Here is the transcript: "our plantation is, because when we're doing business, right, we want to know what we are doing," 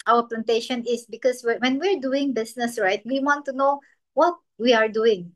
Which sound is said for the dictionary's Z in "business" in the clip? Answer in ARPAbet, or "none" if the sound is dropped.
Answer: S